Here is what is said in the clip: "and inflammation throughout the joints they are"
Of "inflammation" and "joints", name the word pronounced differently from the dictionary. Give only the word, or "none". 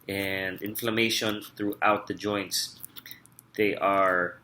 none